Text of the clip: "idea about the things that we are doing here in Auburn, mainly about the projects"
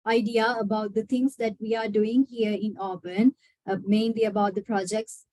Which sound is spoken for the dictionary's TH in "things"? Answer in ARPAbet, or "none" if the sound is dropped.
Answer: T